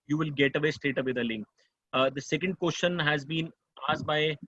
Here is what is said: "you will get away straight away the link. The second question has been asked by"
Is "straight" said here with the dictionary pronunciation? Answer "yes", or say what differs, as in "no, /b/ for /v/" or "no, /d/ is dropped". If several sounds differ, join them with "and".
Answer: no, /ɹ/ is dropped